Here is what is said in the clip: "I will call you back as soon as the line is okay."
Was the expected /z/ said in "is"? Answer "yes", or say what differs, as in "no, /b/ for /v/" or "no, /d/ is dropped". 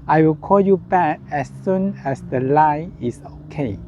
no, /s/ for /z/